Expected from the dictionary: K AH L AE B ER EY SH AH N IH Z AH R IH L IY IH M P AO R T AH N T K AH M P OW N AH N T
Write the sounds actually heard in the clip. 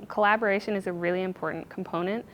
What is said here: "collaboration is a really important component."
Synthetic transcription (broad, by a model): K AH L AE B ER EY SH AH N IH Z AH R IH L IY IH M P AO R T N K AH M P OW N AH N T